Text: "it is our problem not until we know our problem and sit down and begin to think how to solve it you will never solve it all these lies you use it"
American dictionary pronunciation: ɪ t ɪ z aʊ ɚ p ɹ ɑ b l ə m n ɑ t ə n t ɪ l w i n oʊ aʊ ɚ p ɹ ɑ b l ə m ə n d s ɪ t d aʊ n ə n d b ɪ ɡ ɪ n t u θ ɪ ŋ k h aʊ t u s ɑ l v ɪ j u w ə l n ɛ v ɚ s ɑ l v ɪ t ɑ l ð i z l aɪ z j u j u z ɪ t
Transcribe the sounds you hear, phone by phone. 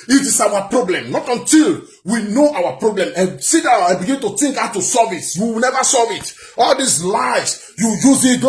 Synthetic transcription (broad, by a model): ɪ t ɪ s aʊ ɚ p ɹ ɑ b l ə m n ɑ t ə n t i l w i n oʊ aʊ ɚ p ɹ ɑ b l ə m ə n s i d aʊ ə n b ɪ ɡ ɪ n t u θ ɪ ŋ k aʊ t u s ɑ v ɪ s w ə w n ɛ v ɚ s ɑ l v ɪ t ɑ l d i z l aɪ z j u j u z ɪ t